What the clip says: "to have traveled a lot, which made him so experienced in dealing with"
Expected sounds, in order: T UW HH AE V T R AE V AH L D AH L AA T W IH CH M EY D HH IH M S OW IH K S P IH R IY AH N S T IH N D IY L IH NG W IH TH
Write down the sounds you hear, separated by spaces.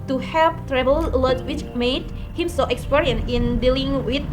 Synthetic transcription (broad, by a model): T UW HH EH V T R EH B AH L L AH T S W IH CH M EY D HH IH M S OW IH K S P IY R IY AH N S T IH N D IY L IH NG W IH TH